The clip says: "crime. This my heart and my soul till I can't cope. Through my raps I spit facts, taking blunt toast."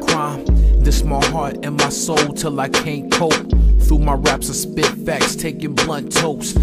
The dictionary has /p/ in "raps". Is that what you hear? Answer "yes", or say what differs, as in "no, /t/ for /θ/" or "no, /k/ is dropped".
yes